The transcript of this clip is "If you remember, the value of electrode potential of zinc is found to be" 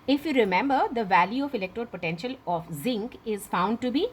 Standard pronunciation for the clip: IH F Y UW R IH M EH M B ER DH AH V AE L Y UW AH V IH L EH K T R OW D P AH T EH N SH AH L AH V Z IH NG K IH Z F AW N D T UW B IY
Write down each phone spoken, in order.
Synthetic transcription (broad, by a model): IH F Y UW R IH M EH M B ER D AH V AE L Y UW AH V IH L EH K T R OW D P AH T EH N SH AH L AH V Z IH NG K IH Z F AW N D T UW B IY